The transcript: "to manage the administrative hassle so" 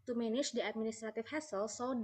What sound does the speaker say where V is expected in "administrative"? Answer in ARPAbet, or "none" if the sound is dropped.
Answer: F